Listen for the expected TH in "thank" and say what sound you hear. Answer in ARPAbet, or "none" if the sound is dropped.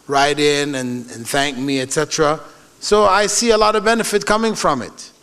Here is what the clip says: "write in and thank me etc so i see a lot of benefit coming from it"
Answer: TH